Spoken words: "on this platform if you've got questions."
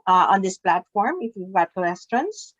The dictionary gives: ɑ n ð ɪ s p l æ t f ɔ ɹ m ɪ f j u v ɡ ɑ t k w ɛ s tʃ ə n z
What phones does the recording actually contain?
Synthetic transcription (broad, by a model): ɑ n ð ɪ s p l æ t f ɔ ɹ m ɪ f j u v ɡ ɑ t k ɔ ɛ s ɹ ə n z